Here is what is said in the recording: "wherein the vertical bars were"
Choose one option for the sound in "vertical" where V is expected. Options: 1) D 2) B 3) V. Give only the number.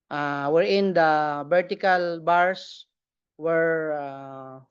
2